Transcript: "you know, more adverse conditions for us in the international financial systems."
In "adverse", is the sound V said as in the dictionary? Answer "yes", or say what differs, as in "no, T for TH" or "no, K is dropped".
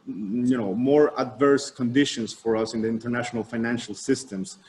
yes